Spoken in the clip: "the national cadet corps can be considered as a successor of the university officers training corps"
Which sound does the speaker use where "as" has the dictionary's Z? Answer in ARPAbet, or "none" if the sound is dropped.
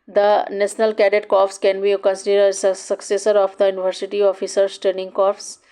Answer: S